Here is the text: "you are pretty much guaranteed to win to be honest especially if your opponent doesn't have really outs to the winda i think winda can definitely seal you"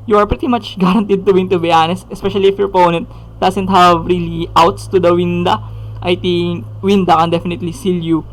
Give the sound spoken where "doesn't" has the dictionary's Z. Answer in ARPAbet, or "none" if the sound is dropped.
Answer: S